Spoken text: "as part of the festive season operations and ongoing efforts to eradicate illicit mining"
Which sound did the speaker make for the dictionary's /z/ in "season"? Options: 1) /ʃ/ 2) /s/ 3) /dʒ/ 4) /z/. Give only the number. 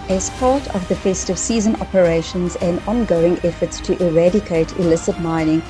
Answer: 4